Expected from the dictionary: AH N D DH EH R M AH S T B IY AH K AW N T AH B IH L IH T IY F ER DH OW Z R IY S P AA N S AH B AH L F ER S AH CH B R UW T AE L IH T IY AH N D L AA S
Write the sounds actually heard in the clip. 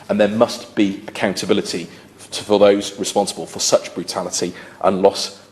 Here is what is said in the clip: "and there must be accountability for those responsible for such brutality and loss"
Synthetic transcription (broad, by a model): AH N DH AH M AH S T B IY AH K AW N T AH B IH L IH T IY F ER DH OW Z R IY S P AA N S AH B AH L F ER S AH CH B R UW T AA L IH T IY AH N L AA S